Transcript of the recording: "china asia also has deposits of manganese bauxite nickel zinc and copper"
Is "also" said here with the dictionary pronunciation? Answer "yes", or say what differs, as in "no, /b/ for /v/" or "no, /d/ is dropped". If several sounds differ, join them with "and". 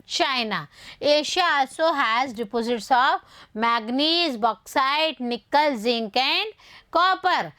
yes